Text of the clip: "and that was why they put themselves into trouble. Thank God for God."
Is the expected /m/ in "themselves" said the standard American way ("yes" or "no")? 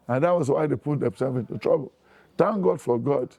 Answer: no